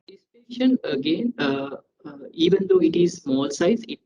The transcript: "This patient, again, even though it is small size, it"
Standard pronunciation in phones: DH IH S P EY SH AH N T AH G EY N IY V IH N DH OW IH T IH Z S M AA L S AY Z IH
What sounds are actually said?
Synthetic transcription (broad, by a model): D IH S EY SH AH N AH G EY N IY V IH N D OW IH T IH Z S M AA L S AY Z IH